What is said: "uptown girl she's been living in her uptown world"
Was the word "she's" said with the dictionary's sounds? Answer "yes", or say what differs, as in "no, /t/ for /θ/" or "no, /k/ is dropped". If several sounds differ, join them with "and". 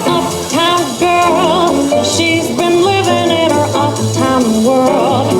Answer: yes